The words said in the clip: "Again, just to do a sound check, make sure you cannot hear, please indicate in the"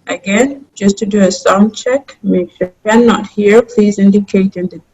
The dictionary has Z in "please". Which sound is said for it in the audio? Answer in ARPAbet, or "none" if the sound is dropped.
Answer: Z